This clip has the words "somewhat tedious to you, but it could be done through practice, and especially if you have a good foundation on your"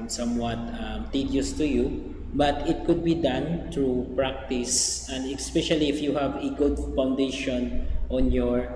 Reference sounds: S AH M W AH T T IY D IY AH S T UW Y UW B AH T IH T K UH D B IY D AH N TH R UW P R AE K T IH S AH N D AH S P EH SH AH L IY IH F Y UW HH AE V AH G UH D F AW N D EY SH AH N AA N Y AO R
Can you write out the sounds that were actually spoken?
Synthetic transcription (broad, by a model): S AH M W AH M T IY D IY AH S T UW Y UW B AH T IH T K UH D B IY D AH N T R UW P R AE K T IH S AH N D AH S P EH SH AH L IY IH F Y UW HH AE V AH G UH D F AW N D EY SH AH N AA N Y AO R